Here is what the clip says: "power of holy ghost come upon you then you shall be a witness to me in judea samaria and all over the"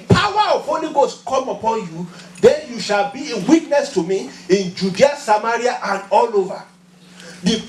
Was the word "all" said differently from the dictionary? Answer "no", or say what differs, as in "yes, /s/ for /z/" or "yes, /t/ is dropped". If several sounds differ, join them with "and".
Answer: no